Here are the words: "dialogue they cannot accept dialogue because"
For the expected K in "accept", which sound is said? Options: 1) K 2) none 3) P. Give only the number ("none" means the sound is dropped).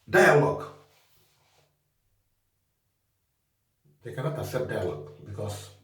2